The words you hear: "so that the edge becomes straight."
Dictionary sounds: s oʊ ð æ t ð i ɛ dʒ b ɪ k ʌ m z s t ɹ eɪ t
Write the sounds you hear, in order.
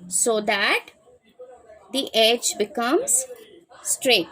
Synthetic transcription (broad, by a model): s oʊ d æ t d i ɛ dʒ b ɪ k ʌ m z s t ɹ eɪ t